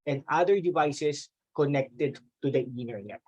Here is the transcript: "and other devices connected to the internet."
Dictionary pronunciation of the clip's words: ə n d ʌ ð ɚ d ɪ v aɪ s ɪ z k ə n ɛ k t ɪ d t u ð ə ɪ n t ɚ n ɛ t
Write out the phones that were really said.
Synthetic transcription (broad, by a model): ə n d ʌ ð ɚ d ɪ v aɪ s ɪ s k ə n ɛ k t ɪ d t u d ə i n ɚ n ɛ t